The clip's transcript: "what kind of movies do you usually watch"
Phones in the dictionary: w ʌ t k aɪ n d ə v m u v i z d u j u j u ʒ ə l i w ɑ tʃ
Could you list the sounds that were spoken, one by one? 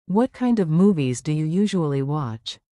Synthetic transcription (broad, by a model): w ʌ t k aɪ n d ə v m u v i z d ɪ j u j u ʒ ə l i w ɑ tʃ